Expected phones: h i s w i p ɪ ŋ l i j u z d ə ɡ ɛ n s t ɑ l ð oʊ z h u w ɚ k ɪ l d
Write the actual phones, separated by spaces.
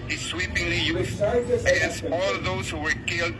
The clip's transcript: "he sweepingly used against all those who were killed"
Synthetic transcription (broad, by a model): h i s w i p ɪ ŋ l i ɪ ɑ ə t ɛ s ɑ l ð oʊ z h u w ɚ k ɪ l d